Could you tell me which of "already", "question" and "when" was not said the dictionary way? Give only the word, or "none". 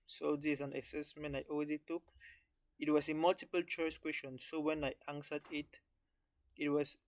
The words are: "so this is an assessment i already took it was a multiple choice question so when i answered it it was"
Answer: already